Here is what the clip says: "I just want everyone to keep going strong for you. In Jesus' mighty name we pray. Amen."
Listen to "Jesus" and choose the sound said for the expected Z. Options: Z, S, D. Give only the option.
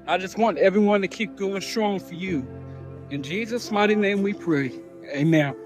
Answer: Z